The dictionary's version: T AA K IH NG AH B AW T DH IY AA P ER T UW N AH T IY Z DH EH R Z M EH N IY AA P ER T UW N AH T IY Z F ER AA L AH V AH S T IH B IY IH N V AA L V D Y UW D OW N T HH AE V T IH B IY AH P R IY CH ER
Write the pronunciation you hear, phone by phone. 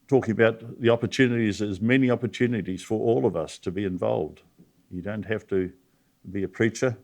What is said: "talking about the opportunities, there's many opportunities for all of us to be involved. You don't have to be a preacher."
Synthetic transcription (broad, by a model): T AA K IH NG AH B AW T DH IY AA P ER T UW N AH T IY Z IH Z M EH N IY AA P ER T UW N AH T IY Z F ER AA L AH V AH S T IH B IY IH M V AA L V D Y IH D OW N T HH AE F T IH B IY AH P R IY CH ER